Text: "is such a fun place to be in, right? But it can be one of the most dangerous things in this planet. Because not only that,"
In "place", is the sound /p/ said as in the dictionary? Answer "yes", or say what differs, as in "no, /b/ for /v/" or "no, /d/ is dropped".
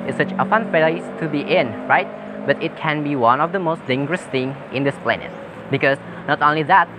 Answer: no, /f/ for /p/